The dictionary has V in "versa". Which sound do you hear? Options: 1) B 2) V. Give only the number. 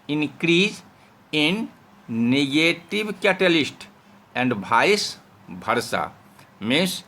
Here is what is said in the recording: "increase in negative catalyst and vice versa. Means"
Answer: 1